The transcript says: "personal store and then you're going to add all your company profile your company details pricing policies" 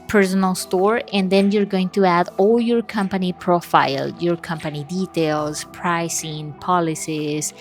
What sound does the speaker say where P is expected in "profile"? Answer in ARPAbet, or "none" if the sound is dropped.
P